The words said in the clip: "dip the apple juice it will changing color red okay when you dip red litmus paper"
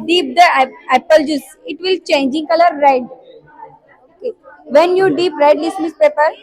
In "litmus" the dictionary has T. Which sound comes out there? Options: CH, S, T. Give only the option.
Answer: S